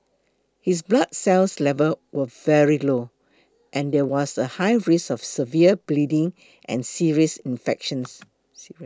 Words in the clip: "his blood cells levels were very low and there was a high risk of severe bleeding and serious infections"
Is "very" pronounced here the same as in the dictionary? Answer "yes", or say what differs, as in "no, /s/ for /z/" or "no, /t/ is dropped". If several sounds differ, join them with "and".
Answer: yes